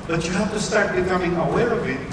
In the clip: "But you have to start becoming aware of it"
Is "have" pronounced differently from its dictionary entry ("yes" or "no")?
yes